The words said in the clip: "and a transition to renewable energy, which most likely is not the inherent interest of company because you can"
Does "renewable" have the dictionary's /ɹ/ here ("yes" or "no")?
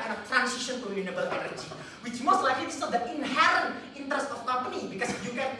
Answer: no